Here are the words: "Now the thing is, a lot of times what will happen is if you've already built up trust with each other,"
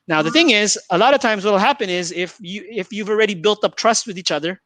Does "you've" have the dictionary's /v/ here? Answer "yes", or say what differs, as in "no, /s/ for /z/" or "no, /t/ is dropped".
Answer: no, /f/ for /v/